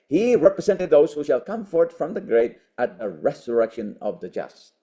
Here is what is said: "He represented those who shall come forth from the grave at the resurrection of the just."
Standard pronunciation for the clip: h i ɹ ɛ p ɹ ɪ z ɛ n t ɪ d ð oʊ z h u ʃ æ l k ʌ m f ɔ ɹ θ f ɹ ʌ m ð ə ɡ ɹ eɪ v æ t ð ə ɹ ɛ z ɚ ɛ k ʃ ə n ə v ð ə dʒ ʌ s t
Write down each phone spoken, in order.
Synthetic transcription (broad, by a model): h i ɹ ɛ p ɹ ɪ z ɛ n t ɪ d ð oʊ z h u ʃ æ l k ʌ m f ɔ ɹ t f ɹ ʌ m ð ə ɡ ɹ eɪ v æ t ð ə ɹ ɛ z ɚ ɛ k ʃ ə n ə v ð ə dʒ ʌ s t